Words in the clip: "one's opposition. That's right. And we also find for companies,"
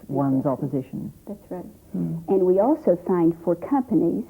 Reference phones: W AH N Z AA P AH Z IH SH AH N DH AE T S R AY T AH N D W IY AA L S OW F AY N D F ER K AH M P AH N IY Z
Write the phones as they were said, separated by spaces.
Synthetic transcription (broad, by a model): W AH N Z AA P AH Z IH SH AH N DH AE T S R AY T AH N W IY AA L S OW F AY N D F ER K AH M P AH N IY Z